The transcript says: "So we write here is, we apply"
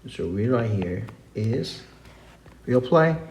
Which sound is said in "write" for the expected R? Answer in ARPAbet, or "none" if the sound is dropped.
R